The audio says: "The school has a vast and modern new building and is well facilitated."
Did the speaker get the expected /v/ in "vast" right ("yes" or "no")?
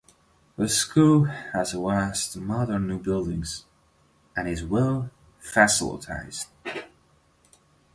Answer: no